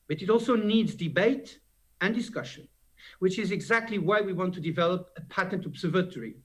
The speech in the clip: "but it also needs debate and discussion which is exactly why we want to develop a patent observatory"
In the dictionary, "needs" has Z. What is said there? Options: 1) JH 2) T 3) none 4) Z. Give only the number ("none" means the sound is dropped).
4